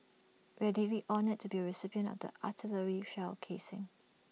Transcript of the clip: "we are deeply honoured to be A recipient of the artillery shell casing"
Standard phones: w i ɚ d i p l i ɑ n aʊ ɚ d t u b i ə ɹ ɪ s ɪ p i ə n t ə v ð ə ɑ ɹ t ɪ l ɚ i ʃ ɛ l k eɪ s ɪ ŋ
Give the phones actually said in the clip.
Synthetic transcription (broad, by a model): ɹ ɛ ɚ d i l i ɑ n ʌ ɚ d t u b i ə ɹ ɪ s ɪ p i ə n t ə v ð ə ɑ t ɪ l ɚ i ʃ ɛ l k eɪ s ɪ ŋ